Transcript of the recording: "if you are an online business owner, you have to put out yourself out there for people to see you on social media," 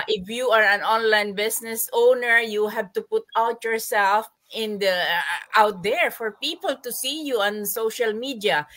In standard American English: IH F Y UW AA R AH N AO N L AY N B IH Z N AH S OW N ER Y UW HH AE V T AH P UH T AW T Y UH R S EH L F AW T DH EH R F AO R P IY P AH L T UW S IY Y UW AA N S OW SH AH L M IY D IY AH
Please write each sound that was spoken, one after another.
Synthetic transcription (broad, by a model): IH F Y UW AA R AH N AO N L AY N B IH S N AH S OW N ER Y UW HH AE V T AH P UH T AW T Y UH R S EH L F AW T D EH R F AO R P IY P AH L T UW S IY Y UW AA N S OW SH AH L M IY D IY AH